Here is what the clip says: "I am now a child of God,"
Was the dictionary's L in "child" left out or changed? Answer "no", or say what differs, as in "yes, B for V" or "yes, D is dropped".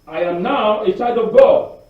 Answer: yes, L is dropped